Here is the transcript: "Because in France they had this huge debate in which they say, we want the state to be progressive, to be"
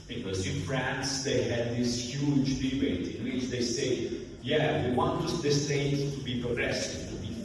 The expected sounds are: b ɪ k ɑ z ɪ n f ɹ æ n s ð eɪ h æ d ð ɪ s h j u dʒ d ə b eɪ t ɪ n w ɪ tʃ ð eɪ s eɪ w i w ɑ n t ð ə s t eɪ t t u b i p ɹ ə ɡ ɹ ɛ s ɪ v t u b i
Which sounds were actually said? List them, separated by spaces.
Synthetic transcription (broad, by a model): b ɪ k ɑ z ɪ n f ɹ æ n s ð eɪ h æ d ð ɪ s h j u dʒ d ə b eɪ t ɪ n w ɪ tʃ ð eɪ s eɪ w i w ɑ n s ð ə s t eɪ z t u b i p ɹ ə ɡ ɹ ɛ s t t u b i